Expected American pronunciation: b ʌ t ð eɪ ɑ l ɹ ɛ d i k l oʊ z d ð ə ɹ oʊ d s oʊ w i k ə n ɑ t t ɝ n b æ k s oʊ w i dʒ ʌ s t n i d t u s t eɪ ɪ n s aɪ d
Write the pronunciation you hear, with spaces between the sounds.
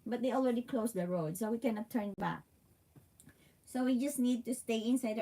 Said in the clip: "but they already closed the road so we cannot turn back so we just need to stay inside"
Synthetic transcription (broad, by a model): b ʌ t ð eɪ ɑ l ɹ ɛ d i k l oʊ s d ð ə ɹ oʊ d s oʊ w i k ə n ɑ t t ɝ n b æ k s oʊ w i dʒ ʌ s t n i d t u s t eɪ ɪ n s aɪ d